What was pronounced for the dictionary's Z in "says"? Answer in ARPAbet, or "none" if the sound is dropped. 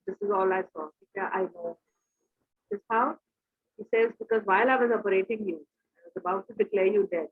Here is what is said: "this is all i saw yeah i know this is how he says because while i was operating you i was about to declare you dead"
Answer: Z